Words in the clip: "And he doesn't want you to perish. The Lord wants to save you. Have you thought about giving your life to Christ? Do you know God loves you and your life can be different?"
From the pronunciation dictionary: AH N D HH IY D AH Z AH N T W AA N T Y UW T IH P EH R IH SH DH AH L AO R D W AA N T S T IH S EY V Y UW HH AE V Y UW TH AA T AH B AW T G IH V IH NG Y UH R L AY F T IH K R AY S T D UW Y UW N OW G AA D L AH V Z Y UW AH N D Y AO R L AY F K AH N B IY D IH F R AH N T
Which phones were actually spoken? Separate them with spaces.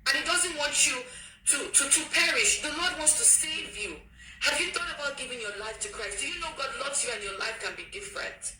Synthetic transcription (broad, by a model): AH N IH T D AH Z AH N T W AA N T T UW T IH P EH R IH SH DH AH L AO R D W AA N T S T IH S EY V Y UW HH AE V Y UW TH AA T AH B AW T G IH V IH NG Y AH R L AY F T IH K R AY S T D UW Y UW N OW G AA D L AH V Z Y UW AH N Y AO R L AY F K AH N B IY D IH F R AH N T